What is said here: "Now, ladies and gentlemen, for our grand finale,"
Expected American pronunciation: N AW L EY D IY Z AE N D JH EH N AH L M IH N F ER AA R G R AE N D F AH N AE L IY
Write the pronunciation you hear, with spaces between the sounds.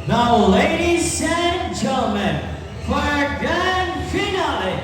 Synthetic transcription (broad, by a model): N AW L EY D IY S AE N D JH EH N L M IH N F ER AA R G AE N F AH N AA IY